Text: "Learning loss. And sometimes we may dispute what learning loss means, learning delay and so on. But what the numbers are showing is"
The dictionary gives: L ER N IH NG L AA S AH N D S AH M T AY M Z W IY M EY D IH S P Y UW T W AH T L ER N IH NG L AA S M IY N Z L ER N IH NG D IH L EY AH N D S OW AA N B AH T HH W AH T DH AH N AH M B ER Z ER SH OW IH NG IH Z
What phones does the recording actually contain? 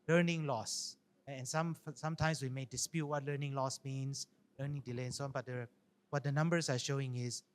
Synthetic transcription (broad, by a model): L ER N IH NG L AA S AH N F S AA M T AY M S W IY M EY D IH S P Y UW T W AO T L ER N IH NG L AA S M IY N S L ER N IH NG D IH L EY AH N S OW AA N B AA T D W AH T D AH N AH M B ER S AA SH OW IH NG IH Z